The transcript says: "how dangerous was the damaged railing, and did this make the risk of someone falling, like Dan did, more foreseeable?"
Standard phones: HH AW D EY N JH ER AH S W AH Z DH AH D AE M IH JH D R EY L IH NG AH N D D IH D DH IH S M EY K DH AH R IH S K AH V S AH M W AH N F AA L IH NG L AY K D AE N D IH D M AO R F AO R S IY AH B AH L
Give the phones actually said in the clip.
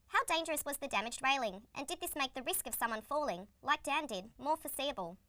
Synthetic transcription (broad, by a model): HH AW D EY N JH ER AH S W AH Z DH AH D AE M IH JH D R EY L IH NG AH N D D IH D DH IH S M EY K DH AH R IH S K AH V S AH M W AH N F AA L IH NG L AY K D AE N D IH D M AO R F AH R S IY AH B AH L